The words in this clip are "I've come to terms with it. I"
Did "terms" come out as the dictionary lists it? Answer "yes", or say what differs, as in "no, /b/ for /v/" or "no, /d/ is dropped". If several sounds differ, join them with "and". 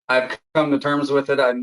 yes